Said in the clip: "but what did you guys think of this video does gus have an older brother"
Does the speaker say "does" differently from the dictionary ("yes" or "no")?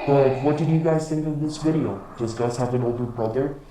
yes